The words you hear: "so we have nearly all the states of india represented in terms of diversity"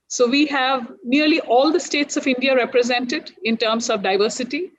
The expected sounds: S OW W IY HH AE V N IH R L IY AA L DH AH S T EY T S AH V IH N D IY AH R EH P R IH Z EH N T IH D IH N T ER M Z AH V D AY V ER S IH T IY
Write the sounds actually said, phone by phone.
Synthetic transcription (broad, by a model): S OW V IY HH AE V N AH R L IY AA L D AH S T EY T S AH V IH N D IY AH R EH P R IH Z EH N T IH D IH N T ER M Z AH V D AY V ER S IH T IY